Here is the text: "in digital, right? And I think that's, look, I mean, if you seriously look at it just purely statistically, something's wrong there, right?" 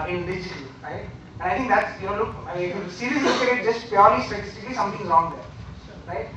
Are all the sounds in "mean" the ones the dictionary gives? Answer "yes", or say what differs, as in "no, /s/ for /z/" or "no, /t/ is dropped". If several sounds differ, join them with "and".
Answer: no, /n/ is dropped